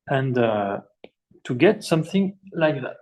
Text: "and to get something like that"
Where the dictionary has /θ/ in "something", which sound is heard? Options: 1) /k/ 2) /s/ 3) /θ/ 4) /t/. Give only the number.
3